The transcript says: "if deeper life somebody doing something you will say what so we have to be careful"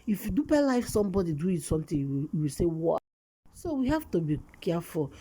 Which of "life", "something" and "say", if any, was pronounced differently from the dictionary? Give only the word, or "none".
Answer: something